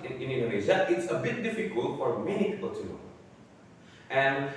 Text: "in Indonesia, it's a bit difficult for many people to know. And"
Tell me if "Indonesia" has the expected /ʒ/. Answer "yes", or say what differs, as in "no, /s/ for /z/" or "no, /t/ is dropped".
no, /z/ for /ʒ/